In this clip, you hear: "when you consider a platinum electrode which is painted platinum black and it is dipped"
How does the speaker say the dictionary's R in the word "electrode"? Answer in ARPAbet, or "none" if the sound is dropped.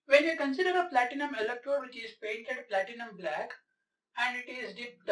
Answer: none